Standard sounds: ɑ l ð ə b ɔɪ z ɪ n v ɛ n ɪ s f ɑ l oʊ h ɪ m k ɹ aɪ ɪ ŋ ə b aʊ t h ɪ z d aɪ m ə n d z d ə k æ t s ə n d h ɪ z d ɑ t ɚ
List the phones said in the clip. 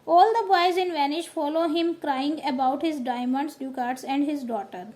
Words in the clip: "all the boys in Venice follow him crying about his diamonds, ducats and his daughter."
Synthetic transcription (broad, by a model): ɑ l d ə b ɔɪ z ɪ n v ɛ n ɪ ʃ f ɑ l oʊ h ɪ m k ɹ aɪ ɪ ŋ ə b aʊ t h ɪ z d aɪ m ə n d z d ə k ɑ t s ə n d h ɪ z d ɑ t ɚ